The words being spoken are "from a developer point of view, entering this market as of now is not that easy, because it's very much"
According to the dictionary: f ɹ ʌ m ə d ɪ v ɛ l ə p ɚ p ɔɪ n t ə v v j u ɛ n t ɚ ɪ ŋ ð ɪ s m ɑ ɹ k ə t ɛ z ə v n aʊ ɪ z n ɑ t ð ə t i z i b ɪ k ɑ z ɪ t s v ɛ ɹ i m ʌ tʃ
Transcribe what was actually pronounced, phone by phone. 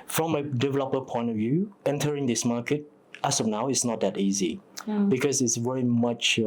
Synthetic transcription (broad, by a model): f ɹ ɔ m ə d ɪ v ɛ l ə p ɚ p ɔɪ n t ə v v j u ɛ n t ɚ ɪ ŋ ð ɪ s m ɑ k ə t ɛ s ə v n aʊ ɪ s n ɑ t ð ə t i z i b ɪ k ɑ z ɪ t s v ɛ ɹ i m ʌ tʃ